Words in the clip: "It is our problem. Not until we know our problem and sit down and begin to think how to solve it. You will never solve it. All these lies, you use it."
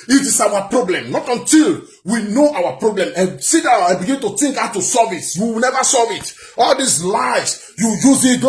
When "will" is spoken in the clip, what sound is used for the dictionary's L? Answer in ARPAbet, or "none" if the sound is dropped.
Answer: W